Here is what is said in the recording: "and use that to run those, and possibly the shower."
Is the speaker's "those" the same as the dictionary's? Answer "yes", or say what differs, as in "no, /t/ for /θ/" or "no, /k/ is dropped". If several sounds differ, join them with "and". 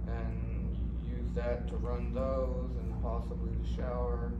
yes